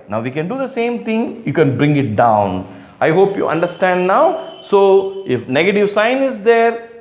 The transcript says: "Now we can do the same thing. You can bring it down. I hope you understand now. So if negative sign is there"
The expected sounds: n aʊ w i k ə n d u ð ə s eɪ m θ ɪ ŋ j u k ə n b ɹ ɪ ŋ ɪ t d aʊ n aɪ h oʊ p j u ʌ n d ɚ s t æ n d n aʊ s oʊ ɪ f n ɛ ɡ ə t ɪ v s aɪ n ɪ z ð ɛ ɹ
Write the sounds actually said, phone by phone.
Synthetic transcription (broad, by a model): n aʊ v i k ə n d u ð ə s eɪ m t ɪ ŋ j u k ə n b ɹ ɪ ŋ ɪ t d aʊ n aɪ h oʊ p j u ʌ n d ɚ s t æ n d n aʊ s oʊ ɪ f n ɛ ɡ ə t ɪ v s aɪ n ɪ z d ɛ ɹ